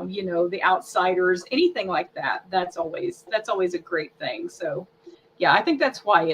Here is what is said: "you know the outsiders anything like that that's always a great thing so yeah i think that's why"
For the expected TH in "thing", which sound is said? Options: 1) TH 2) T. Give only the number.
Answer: 1